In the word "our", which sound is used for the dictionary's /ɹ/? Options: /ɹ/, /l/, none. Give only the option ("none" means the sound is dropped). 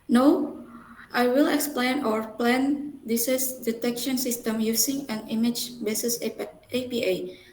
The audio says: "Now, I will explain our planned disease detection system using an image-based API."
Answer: /ɹ/